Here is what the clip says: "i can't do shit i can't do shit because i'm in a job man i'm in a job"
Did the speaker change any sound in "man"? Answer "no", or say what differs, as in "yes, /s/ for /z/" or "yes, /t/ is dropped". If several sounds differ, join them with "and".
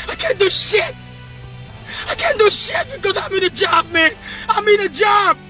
no